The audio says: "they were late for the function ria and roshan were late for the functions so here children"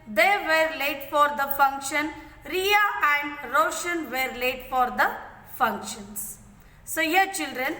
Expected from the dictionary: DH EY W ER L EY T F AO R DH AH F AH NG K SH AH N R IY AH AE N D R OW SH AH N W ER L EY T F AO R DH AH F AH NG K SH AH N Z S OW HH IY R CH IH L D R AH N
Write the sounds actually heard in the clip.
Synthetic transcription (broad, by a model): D EY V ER L EY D F AO R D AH F AH NG K SH AH N R IY AH AE N D R OW SH AH N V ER L EY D F AO R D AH F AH NG K SH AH N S S OW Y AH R CH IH L D R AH N